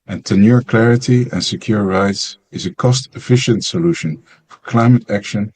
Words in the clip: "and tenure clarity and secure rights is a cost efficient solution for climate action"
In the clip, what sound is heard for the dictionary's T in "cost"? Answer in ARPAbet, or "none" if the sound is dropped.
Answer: T